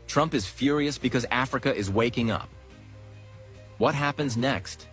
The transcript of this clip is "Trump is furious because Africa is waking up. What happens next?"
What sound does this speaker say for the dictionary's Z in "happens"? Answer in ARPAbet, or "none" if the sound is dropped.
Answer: Z